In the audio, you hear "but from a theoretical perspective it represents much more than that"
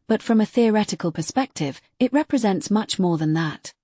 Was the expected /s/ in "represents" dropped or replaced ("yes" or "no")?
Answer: no